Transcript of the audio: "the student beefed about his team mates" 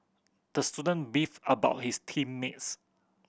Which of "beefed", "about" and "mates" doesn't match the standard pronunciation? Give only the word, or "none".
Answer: beefed